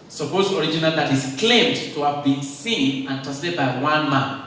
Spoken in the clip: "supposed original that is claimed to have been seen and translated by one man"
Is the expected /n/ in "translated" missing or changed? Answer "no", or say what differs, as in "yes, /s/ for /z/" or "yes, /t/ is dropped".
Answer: yes, /n/ is dropped